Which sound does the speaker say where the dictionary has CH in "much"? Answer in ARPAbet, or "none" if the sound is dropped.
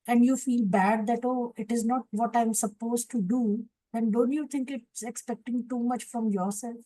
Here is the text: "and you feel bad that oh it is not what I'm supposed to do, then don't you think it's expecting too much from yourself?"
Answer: CH